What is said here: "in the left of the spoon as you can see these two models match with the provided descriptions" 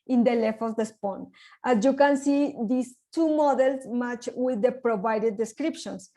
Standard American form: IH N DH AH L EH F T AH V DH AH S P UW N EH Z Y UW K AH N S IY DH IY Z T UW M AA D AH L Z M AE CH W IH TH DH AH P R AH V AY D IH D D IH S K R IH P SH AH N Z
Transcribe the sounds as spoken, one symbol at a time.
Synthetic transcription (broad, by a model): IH N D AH L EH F AH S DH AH S P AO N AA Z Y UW K AH N S IY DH IY S T UW M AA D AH L S M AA CH W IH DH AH P R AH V AY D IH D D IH S K R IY P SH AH N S